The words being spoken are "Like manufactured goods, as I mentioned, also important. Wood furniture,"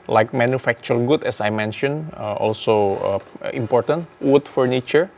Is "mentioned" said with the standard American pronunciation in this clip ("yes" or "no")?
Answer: no